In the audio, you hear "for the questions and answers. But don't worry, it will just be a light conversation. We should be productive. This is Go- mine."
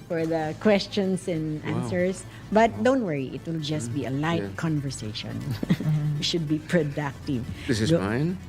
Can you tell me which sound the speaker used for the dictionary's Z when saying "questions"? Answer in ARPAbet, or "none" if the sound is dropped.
S